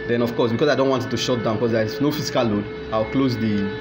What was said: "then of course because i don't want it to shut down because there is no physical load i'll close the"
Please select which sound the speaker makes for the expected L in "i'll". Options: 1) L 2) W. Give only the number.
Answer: 2